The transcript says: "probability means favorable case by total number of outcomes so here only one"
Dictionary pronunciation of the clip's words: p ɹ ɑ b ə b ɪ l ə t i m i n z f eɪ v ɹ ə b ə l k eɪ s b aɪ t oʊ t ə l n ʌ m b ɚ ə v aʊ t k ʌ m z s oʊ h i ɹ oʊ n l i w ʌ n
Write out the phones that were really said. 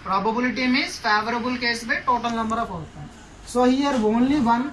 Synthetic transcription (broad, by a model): p ɹ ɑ b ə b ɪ l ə t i m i z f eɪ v ɹ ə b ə l k eɪ s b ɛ t oʊ t ə l n ʌ m b ɚ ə p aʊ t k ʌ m s oʊ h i ɹ oʊ n l i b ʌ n